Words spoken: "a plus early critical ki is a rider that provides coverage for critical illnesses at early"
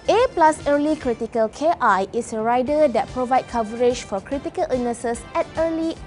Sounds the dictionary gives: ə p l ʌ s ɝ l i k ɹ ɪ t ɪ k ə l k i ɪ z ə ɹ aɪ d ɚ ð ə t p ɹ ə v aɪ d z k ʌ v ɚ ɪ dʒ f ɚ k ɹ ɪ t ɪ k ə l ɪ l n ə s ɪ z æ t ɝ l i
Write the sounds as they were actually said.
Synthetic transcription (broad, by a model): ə p l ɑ s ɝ l i k ɹ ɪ t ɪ k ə l k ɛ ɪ s ə ɹ aɪ d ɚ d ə t p ɹ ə v aɪ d k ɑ v ɚ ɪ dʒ f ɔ k ɹ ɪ t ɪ k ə l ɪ n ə s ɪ s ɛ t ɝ l i